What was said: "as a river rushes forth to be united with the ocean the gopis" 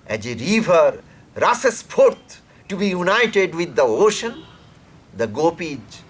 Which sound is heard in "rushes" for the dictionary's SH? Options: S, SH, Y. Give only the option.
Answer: S